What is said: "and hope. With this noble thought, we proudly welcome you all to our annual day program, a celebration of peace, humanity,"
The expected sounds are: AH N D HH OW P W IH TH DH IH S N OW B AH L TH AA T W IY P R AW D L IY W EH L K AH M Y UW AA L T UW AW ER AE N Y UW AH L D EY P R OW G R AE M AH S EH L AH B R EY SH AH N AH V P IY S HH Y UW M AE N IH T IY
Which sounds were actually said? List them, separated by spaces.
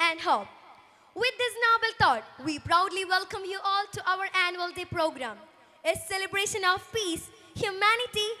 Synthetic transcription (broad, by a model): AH N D HH OW P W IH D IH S N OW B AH L T AA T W IY P R AW D L IY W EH L K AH M Y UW AA L T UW AW ER AE N Y UW AH L D EY P R OW G R AE M AH S EH L AH B R EY SH AH N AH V P IY S HH Y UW M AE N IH T IY